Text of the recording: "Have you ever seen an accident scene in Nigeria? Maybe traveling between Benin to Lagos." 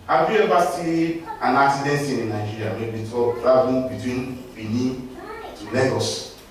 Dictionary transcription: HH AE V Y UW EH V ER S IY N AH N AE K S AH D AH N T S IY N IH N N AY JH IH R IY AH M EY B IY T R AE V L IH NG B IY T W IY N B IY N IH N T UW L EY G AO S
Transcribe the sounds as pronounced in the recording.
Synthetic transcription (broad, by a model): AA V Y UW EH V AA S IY AH N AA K S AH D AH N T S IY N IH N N AY JH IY R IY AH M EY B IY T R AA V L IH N B IY T W IY N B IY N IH T UW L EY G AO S